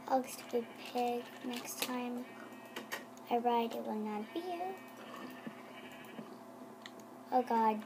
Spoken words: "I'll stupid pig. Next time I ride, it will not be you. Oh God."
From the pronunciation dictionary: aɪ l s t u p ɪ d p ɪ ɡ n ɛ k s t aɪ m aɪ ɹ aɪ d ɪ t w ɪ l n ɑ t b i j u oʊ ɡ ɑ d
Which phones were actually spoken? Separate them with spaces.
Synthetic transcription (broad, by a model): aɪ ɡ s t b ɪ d p ɪ ɡ n ɛ k s t aɪ m aɪ ɹ aɪ d ɪ t w ɪ l n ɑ t b i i oʊ ɡ ɑ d